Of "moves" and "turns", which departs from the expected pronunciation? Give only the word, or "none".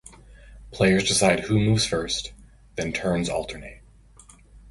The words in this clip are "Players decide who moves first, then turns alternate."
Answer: none